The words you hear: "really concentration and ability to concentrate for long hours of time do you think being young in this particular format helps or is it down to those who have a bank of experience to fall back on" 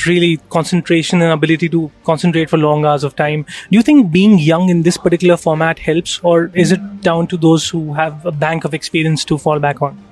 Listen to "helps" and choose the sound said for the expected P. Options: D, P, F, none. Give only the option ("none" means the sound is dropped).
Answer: P